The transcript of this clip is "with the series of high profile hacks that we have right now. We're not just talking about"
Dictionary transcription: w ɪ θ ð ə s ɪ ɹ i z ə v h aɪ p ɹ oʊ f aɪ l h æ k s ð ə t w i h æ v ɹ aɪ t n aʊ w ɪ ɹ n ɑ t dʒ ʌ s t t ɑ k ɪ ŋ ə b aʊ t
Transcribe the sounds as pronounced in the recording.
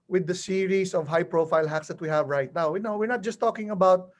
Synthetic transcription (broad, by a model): w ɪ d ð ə s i ɹ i s ə v h aɪ p ɹ oʊ f aɪ l h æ k s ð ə t w i h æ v ɹ aɪ t n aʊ w ɪ ɹ n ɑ t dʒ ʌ s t t ɑ k ɪ ŋ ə b aʊ t